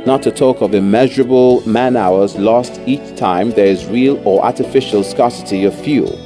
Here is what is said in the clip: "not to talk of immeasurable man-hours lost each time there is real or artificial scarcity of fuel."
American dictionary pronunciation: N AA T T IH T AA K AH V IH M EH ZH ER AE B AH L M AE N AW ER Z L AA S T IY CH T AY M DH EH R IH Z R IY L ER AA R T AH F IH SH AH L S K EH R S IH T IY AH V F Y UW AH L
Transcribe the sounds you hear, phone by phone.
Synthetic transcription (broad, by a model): N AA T T IH T AA K AH V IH M EH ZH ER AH B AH L M AE N AW ER Z L AA S T IY CH T AY M DH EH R IH Z R IY L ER AA R T AH F IH SH AH L S K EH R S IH T IY AH V F Y UW L